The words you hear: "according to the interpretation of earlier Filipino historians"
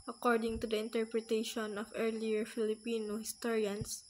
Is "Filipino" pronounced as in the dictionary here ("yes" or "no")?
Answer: yes